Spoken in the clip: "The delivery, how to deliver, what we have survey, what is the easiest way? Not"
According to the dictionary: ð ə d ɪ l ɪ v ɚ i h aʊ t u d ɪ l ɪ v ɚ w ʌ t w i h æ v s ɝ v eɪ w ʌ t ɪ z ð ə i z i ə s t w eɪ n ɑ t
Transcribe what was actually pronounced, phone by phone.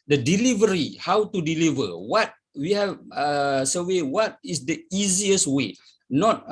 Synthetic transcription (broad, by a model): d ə d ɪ l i v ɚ i h aʊ t u d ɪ l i v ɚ w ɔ t w i h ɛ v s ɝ w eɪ w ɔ t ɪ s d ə i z i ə s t w eɪ n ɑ t